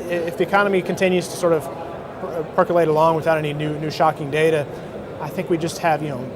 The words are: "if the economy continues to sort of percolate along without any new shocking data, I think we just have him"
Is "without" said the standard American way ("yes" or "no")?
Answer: yes